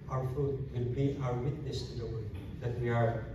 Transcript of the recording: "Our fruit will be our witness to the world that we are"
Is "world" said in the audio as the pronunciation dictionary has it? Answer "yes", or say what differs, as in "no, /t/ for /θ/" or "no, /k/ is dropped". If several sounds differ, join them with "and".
no, /l/ is dropped